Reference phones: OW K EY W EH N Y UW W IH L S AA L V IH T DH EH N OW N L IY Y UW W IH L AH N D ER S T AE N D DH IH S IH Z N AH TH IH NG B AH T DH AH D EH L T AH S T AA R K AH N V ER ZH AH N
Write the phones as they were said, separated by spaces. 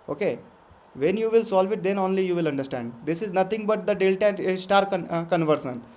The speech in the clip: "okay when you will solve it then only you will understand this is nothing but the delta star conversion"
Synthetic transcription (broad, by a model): OW K EY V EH N Y UW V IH L S AA L V IH T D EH N OW N L IY Y UW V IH L AH N D ER S T AE N D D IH S IH Z N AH T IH NG B AH T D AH D EH L T AH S T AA R K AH N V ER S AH N